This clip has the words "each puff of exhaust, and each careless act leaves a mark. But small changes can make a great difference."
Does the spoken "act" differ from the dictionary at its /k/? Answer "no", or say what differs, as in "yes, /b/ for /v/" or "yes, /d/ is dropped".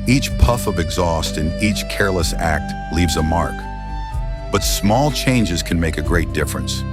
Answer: no